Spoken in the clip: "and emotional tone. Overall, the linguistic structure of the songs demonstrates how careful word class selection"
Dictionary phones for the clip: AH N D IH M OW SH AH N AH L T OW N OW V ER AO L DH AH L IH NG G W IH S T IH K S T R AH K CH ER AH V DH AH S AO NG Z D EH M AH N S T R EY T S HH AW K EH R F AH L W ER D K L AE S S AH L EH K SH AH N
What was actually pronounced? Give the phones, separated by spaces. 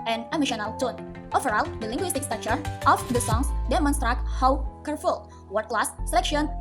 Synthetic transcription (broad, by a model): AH N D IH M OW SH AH N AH L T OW N OW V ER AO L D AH L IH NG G W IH S T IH K S T AA CH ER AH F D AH S AO NG S D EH M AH N S T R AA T HH AW K EH R F AH L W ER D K L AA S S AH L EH K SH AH N